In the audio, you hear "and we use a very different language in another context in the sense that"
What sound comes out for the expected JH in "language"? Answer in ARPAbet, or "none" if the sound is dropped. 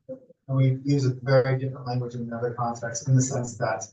JH